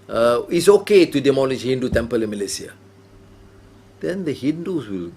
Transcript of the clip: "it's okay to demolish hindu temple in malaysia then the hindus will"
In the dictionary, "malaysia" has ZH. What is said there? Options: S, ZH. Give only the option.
S